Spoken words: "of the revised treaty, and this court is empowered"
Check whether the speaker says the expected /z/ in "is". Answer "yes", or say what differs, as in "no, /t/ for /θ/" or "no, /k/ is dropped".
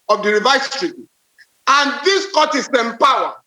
no, /s/ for /z/